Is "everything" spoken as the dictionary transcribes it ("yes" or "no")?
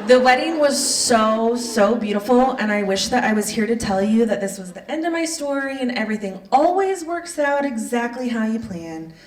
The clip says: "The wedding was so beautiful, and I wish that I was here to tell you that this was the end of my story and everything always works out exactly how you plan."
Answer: yes